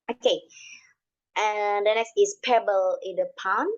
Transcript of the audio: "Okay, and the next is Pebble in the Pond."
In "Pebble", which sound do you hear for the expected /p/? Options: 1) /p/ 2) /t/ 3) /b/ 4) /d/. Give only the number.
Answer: 1